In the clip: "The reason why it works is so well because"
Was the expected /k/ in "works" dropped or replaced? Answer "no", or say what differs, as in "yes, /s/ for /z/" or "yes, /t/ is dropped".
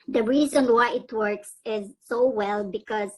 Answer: no